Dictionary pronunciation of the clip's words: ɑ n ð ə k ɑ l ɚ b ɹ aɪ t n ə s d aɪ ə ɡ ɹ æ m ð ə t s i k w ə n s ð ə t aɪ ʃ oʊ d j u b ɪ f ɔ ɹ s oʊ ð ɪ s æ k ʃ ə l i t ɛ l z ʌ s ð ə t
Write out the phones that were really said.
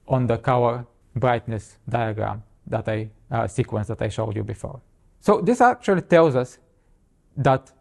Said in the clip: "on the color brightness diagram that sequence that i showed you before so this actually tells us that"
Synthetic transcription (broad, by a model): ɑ n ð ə k ɑ w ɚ b ɹ aɪ t n ə s d aɪ ə ɡ ɹ æ m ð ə t s i k w ə n s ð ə t aɪ ʃ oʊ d j u b ɪ f ɔ ɹ s oʊ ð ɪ s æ k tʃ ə l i t ɛ l z ʌ s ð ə t